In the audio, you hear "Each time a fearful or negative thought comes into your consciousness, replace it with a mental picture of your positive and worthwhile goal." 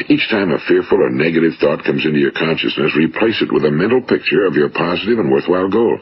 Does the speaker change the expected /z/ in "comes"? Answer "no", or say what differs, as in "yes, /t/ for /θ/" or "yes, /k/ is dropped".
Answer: no